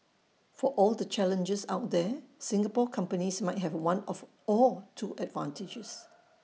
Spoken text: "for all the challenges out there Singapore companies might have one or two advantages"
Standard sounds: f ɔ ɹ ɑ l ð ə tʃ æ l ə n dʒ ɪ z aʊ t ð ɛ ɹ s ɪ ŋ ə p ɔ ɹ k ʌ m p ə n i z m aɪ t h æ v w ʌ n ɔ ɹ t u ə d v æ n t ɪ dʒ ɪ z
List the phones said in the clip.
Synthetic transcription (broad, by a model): f ɔ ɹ ɑ l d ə tʃ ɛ l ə n dʒ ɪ s aʊ t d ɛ s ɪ ŋ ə p ɔ k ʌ m p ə n i s m aɪ t h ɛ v w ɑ n ɔ l t u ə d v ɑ n t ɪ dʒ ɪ s